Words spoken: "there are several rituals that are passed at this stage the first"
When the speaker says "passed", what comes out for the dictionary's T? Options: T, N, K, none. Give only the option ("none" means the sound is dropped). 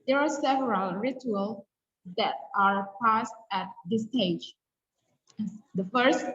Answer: T